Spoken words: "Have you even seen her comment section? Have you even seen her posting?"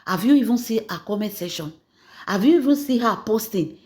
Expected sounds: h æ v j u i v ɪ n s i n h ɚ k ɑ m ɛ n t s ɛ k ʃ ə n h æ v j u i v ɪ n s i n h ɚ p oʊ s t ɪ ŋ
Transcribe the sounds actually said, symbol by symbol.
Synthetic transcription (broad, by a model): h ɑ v j u i v ɪ n s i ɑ k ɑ m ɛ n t s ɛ ʃ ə n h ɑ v j u i v ɪ n s i h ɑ p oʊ s t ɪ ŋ